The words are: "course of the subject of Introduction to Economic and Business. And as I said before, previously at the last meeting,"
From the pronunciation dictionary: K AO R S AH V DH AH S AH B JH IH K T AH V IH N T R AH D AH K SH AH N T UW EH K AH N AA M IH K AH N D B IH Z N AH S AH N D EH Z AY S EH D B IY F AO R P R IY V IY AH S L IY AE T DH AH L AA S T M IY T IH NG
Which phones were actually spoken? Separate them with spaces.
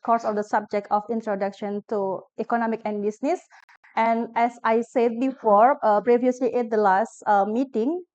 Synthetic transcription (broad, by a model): K AO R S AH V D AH S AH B JH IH K T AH F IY N T R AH D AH K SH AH N T UW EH K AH N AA M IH K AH N B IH S N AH S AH N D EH S AY S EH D B IY F AO R P R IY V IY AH S L IY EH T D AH L AA S T M IY T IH NG